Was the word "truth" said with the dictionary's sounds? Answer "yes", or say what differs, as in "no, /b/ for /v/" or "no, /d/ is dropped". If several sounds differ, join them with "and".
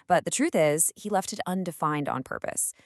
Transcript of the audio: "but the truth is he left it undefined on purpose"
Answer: yes